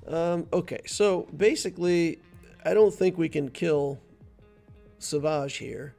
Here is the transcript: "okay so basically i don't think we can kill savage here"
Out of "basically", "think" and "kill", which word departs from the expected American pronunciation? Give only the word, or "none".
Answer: none